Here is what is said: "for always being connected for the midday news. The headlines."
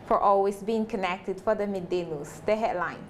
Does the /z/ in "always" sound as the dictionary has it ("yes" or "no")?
no